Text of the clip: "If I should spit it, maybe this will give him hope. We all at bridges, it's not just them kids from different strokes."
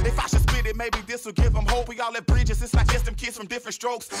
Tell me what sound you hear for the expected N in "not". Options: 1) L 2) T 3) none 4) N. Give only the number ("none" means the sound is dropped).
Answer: 1